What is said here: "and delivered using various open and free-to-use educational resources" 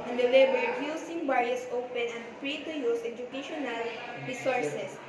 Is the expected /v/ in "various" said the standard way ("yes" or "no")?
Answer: no